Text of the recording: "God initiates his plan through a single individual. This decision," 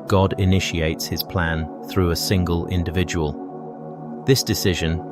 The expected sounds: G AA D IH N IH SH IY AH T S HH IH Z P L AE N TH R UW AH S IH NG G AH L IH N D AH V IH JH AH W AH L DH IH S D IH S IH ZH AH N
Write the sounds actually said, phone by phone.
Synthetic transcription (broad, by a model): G AA D IH N IH SH IY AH T S HH IH Z P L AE N TH R UW AH S IH NG G AH L IH N D AH V IH JH AH W AH L DH IH S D IH S IH ZH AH N